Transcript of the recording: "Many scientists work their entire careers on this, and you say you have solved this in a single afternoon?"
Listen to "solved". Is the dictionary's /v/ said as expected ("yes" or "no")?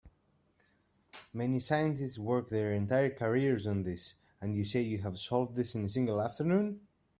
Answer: yes